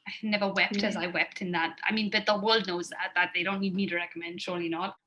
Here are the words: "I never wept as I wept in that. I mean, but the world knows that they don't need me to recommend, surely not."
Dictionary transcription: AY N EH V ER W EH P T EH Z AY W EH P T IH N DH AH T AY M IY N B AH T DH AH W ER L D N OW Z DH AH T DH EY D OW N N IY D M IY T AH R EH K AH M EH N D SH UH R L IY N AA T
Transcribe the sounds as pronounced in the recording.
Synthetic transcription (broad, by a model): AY N EH V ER W EH P T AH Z AY W EH P T IH N DH AH T AY M IY N B AH T DH AH W ER L D N OW Z DH AH T DH EY D OW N N IY D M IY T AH R EH K AH M EH N D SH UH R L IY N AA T